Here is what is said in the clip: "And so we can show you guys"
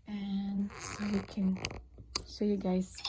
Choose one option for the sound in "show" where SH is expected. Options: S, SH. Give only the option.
S